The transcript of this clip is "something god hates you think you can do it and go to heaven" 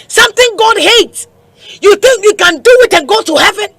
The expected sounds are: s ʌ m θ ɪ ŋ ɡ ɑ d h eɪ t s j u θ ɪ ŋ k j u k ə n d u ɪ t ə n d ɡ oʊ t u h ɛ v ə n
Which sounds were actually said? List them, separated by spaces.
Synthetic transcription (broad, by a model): s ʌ m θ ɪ ŋ ɡ ɑ d h eɪ t s j u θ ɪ ŋ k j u k ə n d u ɪ t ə n ɡ oʊ t u h ɛ v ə n